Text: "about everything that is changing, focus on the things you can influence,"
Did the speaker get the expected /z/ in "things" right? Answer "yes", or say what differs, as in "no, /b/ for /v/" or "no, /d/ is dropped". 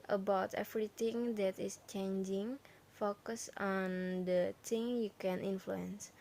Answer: no, /z/ is dropped